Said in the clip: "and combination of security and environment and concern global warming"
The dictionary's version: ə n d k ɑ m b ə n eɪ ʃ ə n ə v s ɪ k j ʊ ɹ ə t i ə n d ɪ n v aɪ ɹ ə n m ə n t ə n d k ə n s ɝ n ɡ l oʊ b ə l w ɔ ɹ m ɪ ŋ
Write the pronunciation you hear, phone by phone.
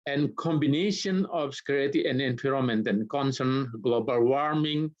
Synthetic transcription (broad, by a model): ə n k ɑ m b ə n eɪ ʃ ə n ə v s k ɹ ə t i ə n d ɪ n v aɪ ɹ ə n m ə n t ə n k ə n s ɝ n ɡ l oʊ b ə l w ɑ ɹ m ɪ ŋ